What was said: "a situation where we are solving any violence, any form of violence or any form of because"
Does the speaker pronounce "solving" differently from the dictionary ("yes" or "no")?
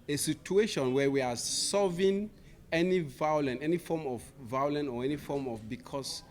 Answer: yes